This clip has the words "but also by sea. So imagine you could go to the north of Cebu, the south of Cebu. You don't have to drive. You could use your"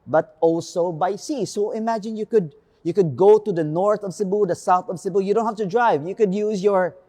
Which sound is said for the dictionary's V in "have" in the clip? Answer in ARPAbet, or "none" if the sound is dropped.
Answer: F